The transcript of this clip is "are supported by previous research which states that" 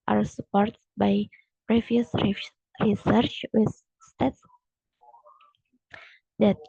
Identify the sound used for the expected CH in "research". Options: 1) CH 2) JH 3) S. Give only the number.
1